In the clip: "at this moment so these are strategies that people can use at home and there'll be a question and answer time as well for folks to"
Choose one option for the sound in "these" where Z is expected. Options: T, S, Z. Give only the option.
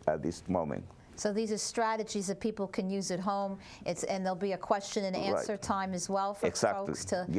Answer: Z